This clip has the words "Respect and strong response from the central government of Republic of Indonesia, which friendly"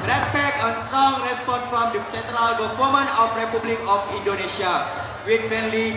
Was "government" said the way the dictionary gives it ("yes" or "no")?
no